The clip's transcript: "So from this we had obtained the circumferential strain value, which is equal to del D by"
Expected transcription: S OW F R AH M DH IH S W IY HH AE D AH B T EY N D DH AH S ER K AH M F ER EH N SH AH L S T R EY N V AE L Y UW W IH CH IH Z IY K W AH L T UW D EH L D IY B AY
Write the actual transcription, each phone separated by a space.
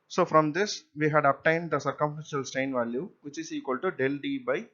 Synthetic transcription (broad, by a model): S OW F R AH M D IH S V IY HH AE D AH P T EY N D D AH S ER K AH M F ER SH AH L S T EY N V AE L Y UW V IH CH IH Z IY K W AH L T UW D EH L D IY B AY